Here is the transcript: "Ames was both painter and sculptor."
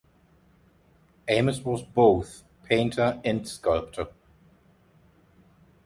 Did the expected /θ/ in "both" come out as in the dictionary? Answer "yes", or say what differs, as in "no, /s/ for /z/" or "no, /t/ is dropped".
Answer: yes